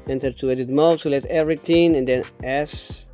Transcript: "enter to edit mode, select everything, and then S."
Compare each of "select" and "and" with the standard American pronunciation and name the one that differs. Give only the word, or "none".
select